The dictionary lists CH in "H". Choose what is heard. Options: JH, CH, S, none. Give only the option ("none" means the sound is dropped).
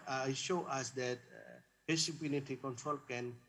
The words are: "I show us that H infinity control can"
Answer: S